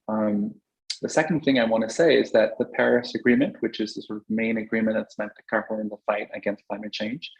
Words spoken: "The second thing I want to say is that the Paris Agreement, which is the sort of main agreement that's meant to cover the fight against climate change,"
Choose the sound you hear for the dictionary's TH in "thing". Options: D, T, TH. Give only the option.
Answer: TH